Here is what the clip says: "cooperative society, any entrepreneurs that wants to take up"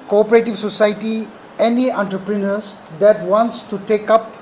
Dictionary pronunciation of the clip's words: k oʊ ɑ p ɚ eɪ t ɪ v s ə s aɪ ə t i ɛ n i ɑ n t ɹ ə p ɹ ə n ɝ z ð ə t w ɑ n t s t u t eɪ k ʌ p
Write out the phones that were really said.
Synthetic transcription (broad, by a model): k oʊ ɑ p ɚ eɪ t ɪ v s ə s aɪ t i ɛ n i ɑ n t ɹ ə p ɹ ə n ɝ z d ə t w ɑ n t s t u t eɪ k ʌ p